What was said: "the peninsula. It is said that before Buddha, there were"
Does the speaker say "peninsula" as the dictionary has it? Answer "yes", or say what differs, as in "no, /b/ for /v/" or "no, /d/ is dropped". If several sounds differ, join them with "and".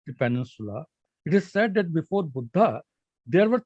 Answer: yes